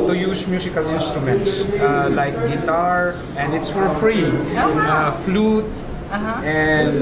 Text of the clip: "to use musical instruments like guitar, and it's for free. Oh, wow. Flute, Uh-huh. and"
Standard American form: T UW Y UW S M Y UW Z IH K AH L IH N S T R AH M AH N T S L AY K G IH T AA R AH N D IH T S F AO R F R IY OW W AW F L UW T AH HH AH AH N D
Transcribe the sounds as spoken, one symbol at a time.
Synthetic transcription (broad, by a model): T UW Y UW S M Y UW S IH K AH L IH N S T R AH M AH N T S L AY K G IH T AA R AH N D IH T S F AO R F R IY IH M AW F L UW T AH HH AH N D